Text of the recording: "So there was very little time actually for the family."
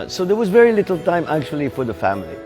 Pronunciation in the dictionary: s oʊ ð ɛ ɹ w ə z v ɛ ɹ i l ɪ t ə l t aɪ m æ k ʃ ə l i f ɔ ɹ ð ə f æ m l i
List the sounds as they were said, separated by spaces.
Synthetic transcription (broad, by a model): s oʊ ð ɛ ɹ w ə z v ɛ ɹ i l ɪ t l t aɪ m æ k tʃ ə l i f ɔ ɹ ð ə f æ m l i